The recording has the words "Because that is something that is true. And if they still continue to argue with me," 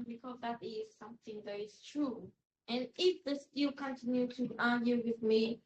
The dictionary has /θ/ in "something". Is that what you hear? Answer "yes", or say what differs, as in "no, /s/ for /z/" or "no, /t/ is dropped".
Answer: yes